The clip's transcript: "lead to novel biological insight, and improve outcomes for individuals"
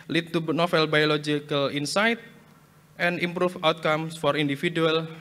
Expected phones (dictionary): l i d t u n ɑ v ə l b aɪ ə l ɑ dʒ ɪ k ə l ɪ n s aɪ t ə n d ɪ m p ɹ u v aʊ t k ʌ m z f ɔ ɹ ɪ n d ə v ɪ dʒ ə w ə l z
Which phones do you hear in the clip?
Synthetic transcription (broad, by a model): l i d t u n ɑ f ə l b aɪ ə l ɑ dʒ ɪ k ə l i n s aɪ t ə n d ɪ m p ɹ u f aʊ t k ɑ m s f ɔ ɹ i n d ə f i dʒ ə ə l